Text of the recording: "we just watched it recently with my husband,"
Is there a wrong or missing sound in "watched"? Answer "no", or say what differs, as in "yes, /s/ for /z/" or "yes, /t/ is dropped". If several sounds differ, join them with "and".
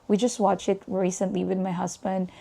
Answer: yes, /t/ is dropped